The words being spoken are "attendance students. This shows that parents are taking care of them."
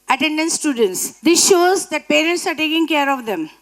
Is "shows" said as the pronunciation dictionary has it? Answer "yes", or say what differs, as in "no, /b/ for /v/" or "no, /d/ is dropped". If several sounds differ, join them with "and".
yes